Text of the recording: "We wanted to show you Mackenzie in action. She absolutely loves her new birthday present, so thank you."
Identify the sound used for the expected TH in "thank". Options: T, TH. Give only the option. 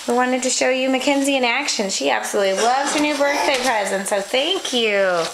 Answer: TH